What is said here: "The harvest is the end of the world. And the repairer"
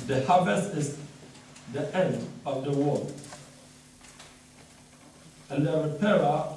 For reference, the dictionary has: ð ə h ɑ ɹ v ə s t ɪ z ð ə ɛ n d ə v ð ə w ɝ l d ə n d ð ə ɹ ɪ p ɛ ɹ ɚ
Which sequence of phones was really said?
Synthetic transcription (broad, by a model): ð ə h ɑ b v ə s ɪ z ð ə ɛ n d ə v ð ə w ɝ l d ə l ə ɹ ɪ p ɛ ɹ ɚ